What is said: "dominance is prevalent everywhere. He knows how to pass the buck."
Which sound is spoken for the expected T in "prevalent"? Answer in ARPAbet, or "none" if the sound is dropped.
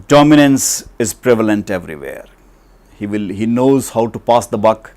T